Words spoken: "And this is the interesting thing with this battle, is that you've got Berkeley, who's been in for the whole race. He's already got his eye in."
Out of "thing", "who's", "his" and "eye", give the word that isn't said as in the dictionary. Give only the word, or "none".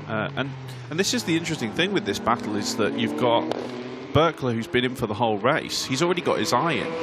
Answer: none